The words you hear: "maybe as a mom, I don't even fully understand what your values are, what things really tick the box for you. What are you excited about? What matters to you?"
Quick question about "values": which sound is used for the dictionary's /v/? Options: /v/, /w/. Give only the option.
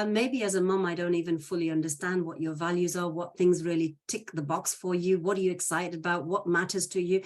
/v/